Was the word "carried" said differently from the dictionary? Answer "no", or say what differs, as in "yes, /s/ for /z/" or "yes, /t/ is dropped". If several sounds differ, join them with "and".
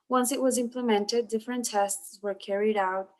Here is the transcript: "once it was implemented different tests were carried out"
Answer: no